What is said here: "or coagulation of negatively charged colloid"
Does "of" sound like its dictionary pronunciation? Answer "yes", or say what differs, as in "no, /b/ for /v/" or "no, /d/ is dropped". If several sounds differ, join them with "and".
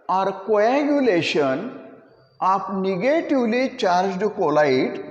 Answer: no, /p/ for /v/